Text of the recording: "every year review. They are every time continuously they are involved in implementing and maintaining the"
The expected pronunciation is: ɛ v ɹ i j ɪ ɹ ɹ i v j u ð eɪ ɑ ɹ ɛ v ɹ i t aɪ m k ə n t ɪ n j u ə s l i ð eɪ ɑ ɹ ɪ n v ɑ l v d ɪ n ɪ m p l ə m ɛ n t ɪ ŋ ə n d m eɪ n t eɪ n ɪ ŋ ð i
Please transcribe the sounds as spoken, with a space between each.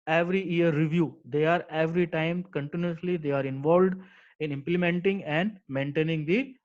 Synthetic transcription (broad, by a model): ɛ v ɹ i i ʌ ɹ ɹ i v j u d eɪ ɑ ɹ ɛ v ɹ i t aɪ m k ə n t ɪ n j u ə s l i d eɪ ɑ ɹ ɪ n v ɑ l v d ɪ n ɪ m p l ə m ɛ n t ɪ ŋ ə n d m eɪ n t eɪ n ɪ ŋ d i